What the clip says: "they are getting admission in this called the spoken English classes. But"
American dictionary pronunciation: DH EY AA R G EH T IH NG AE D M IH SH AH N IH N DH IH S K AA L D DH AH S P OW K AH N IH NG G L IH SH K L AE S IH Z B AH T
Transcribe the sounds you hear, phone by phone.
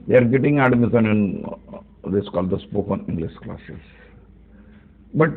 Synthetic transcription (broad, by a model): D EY AA R G EH T IH NG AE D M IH S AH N IH N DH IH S K AA L D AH S P OW K AH N IH NG G L IH SH K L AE S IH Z B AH T